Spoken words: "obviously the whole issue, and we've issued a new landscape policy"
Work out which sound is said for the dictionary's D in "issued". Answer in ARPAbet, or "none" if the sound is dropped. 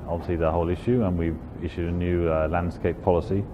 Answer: D